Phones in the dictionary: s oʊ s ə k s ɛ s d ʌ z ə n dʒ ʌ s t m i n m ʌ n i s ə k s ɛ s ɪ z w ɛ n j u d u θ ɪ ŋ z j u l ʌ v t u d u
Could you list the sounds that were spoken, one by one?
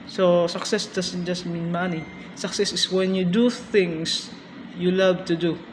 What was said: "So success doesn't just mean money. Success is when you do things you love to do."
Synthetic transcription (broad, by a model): s oʊ s ə k s ɛ s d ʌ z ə n dʒ ʌ s t m i n m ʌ n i s ə k s ɛ s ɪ s w ɛ n j u d u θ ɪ ŋ s j u l ʌ v t u d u